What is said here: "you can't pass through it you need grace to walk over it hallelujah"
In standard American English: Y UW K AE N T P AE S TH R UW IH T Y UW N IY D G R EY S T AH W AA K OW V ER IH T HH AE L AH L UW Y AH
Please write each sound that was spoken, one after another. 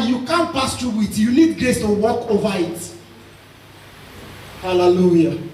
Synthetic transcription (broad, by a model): Y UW K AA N P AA S T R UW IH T Y UW L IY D G R EY S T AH W AA K OW V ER IH T HH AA L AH L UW Y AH